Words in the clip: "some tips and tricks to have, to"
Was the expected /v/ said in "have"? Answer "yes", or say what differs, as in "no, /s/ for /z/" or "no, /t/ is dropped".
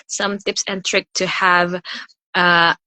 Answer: yes